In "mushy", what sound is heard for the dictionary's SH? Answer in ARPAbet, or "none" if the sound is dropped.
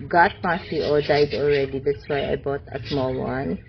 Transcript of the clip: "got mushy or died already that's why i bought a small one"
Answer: S